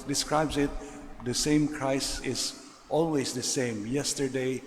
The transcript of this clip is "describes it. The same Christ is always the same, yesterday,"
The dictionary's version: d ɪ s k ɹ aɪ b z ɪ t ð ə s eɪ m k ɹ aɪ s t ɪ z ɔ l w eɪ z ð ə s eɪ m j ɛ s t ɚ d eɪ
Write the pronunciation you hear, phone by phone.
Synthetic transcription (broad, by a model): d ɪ s k ɹ aɪ b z ɪ t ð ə s eɪ m k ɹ aɪ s ɪ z ɔ l w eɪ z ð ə s eɪ m j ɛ s t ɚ d eɪ